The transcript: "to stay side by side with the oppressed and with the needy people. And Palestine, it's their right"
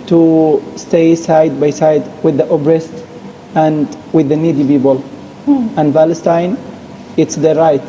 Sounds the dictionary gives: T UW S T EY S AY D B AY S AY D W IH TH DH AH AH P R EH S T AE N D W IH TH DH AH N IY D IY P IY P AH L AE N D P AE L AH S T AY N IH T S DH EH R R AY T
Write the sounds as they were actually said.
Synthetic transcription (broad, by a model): T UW S T EY S AY D B AY S AY D W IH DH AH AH B R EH S T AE N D W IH DH AH N IY D IY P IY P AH L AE N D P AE L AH S T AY N IH T S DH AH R R AY T